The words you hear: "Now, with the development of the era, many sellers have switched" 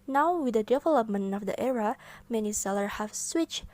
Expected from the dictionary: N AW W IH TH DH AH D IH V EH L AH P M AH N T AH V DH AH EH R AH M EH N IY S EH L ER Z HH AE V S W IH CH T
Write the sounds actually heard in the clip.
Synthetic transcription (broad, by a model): N AW W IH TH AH D IH V EH L AH P M AH N T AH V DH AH EH R AH M EH N IY S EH L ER HH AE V S W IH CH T